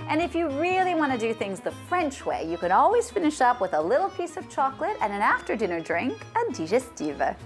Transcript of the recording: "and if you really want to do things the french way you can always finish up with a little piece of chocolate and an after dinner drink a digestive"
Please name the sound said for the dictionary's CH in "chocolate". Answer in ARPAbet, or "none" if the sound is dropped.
CH